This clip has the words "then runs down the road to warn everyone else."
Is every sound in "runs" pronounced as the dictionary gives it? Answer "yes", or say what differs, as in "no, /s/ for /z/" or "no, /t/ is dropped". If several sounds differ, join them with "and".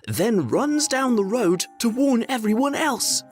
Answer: yes